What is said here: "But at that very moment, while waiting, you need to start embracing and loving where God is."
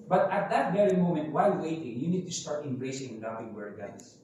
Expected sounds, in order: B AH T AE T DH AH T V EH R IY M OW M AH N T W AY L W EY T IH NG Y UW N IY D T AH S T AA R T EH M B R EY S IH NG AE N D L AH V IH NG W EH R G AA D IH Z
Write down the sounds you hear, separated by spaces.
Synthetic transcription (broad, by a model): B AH T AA T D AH T V EH R IY M OW M AH N T W AY L W EY T IH NG Y UW N IY D T AH S T AA R T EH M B R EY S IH NG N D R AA P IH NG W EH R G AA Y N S